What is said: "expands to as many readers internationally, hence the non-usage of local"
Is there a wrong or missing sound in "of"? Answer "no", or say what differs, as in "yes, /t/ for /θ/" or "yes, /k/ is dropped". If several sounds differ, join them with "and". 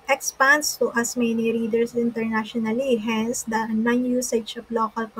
yes, /p/ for /v/